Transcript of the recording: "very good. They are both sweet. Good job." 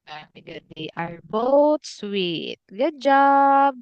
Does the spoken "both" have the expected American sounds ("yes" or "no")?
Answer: no